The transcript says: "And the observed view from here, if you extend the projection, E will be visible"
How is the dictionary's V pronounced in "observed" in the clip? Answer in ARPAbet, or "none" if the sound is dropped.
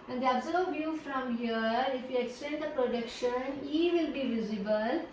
none